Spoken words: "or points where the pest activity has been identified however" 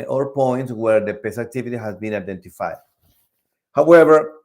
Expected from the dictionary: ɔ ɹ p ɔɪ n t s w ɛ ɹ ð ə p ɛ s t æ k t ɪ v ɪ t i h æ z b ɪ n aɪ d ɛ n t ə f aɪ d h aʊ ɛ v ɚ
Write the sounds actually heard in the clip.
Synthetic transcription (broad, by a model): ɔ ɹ p ɔɪ n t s w ɛ ɹ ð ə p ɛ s æ k t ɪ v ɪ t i h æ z b ɪ n aɪ d ɛ n t ə f aɪ d h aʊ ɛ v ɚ